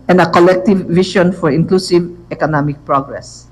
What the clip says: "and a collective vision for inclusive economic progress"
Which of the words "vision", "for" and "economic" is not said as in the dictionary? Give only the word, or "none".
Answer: vision